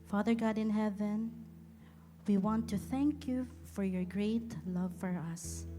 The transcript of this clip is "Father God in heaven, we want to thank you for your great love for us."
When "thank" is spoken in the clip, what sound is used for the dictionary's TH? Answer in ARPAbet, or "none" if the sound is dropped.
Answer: TH